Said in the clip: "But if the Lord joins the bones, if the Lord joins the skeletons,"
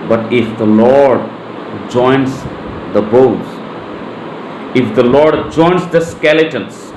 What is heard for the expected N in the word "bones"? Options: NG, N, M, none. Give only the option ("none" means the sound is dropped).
none